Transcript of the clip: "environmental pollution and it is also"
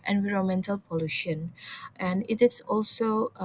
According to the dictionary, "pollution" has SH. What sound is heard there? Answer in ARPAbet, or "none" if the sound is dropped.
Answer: SH